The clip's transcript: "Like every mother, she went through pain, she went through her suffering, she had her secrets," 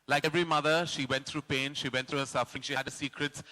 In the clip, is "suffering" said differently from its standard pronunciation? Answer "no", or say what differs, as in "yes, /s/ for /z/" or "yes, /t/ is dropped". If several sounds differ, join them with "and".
no